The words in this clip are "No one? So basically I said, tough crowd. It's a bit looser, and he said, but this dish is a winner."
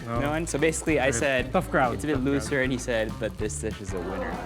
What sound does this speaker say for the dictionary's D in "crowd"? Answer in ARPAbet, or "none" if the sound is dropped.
none